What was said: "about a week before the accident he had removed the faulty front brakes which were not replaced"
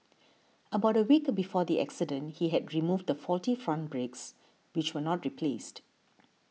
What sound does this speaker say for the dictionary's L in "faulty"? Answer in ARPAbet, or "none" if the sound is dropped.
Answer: L